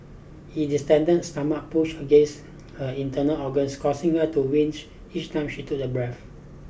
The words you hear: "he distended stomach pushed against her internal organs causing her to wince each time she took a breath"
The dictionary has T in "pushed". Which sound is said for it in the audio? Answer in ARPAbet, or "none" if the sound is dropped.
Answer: none